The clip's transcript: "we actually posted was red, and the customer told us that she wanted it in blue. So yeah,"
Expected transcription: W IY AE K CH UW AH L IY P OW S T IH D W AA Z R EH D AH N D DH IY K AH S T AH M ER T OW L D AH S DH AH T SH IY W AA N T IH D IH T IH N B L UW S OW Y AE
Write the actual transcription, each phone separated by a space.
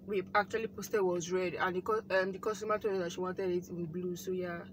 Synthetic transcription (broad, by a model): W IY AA K CH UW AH L IY P OW S T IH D W AA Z R EH D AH N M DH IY K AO S T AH M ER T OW D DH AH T SH IY W AA N T IH D IH T IH N B L UW S OW Y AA